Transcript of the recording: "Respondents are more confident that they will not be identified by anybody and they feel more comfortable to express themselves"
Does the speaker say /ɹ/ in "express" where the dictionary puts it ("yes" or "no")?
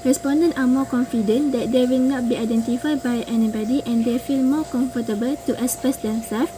no